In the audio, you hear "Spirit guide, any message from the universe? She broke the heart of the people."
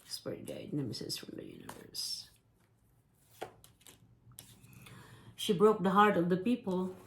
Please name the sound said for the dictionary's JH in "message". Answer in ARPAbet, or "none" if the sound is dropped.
Z